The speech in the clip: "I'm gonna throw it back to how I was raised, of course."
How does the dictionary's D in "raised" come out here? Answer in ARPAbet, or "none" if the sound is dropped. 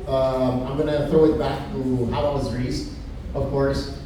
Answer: none